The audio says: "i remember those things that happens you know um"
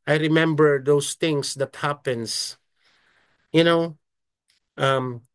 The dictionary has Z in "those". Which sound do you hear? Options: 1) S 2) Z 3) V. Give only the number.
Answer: 1